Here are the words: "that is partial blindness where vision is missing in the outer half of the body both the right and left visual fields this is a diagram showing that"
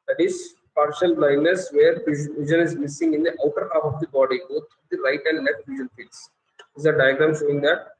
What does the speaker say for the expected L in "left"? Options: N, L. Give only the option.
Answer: N